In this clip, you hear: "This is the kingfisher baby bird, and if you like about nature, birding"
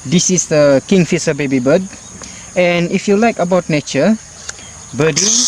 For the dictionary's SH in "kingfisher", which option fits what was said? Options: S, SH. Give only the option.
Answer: S